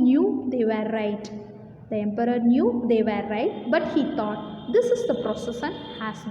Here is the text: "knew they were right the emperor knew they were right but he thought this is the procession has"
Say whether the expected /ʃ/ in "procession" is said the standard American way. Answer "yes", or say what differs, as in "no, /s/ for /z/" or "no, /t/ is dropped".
no, /s/ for /ʃ/